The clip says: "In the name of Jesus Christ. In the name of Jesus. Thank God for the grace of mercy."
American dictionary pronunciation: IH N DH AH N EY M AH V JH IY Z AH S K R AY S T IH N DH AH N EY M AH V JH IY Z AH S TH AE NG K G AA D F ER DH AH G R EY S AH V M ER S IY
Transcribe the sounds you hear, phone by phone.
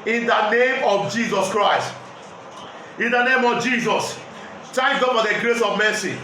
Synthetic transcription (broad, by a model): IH N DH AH N EY M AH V JH IY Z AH S K R AY S T IH N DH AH N EY M AH V JH IY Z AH S T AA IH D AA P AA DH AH G R EY S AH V M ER S IY